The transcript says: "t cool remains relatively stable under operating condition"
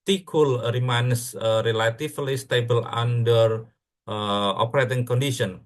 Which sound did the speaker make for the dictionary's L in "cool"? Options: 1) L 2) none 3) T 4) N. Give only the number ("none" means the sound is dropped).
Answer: 1